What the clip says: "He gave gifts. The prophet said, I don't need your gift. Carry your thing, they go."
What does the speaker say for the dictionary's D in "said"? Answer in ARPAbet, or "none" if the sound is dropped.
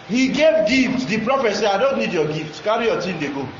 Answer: none